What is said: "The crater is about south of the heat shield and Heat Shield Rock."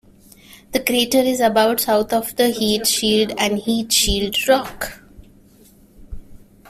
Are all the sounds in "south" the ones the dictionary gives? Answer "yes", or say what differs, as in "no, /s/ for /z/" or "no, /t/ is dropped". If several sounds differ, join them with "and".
no, /t/ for /θ/